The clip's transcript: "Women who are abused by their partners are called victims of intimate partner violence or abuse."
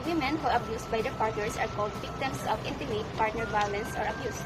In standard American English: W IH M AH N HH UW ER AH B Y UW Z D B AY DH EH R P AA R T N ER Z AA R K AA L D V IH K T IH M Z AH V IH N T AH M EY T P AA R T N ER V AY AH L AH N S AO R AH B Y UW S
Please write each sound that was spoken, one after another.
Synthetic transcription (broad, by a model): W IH M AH N HH UW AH B Y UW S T B AY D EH R P AA R T N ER S AA R K AA L D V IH K T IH M S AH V IH N T AH M EY T P AA R T N ER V AY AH L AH N S AO R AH B Y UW S